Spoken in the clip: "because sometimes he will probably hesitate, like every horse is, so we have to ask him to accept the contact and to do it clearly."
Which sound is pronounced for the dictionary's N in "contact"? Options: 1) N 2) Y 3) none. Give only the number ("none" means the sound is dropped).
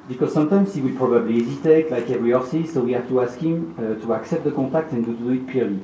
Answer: 3